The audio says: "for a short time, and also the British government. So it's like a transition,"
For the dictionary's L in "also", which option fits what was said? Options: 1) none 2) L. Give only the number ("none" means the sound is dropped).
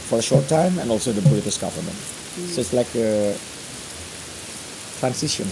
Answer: 2